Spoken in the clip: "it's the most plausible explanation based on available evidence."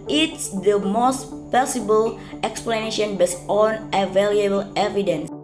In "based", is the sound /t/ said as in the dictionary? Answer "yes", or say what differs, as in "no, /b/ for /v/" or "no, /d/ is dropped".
no, /t/ is dropped